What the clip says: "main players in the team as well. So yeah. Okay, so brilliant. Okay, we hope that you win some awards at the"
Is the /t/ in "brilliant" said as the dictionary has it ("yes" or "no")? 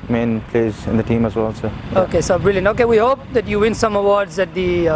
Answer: no